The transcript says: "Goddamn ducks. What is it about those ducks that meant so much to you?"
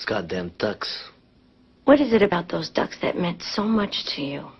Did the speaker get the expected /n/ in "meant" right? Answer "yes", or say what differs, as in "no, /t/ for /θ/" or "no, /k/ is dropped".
yes